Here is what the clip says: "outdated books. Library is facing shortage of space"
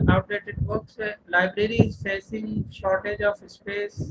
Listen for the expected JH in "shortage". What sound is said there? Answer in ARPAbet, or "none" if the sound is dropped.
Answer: JH